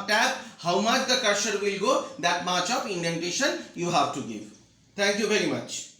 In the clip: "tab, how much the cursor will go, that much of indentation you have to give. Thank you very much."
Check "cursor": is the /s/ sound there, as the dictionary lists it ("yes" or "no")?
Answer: no